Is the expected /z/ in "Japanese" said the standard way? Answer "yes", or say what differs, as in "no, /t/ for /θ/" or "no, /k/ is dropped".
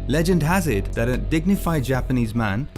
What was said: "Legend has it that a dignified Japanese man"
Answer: yes